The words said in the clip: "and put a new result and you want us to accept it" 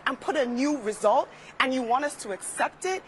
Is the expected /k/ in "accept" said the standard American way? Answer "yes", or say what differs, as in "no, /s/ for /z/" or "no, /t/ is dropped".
yes